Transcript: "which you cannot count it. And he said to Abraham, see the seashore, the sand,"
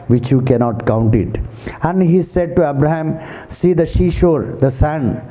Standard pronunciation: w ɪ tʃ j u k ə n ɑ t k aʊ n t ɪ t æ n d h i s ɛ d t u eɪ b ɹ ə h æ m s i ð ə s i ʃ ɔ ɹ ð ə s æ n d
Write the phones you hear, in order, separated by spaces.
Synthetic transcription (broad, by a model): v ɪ tʃ j u k ə n ɑ t k aʊ n t ɪ t æ n d h i s ɛ d t u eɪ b ɹ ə h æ m s i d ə ʃ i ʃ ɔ ɹ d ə s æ n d